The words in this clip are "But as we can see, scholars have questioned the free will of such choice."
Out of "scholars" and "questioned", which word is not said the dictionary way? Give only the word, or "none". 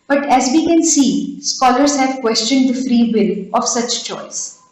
none